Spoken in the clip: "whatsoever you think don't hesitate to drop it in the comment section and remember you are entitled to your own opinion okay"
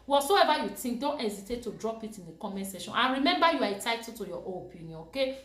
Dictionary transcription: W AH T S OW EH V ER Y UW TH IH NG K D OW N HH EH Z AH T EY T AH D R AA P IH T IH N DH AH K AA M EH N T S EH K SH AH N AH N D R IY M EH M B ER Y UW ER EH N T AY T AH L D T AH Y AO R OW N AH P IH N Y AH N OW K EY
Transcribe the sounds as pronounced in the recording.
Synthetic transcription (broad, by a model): W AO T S OW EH V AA Y UW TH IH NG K D OW N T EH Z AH T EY T AH D R AA P IH T IH N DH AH K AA M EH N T S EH SH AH N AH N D R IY M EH M B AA Y UW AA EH T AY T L T AH Y AO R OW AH P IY N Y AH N OW K EY